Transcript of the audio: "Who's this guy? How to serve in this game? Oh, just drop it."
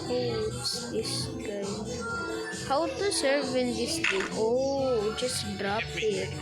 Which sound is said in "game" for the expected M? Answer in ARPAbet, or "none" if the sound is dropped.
none